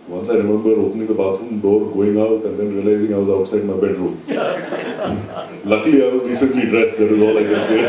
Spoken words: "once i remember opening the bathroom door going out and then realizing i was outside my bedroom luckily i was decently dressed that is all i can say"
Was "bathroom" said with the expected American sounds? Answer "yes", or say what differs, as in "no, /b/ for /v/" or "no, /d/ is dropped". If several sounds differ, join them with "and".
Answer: no, /t/ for /θ/